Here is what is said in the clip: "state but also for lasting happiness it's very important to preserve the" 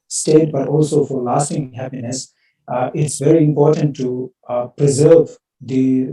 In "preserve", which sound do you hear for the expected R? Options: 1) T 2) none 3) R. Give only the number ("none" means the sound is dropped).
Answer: 3